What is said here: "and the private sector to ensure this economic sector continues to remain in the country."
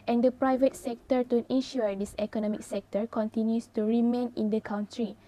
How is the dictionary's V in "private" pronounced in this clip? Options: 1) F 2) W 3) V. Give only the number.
3